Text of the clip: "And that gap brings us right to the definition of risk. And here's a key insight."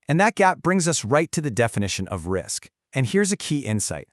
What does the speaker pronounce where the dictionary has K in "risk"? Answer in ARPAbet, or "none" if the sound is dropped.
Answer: K